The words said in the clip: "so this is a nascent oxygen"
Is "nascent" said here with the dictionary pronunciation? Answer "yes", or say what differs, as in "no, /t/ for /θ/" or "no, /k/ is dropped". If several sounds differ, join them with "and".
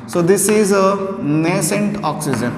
yes